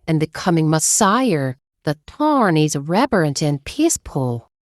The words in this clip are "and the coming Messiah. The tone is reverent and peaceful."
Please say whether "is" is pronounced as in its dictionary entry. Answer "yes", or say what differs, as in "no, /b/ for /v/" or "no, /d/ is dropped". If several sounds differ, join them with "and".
yes